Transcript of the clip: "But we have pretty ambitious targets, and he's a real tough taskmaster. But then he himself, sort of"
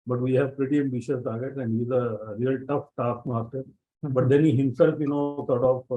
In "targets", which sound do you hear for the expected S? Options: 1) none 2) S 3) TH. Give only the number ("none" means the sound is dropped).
1